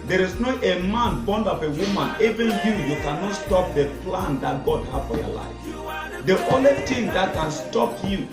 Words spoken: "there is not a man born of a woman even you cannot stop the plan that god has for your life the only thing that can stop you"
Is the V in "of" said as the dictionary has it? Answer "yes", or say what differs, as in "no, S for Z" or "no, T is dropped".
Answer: no, P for V